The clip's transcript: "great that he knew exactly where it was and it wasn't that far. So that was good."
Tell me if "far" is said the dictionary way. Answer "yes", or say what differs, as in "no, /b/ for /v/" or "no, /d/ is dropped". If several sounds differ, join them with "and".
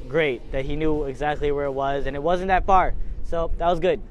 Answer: no, /p/ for /f/